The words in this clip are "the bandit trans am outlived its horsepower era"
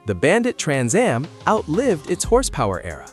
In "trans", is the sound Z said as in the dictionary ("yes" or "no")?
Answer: yes